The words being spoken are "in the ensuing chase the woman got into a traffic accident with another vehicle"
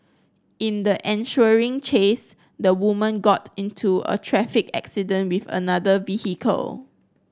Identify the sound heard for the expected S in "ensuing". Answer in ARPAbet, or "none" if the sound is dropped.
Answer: SH